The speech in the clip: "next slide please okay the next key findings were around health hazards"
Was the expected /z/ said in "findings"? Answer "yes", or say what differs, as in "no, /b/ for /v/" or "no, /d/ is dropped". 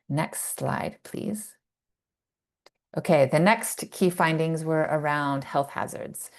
yes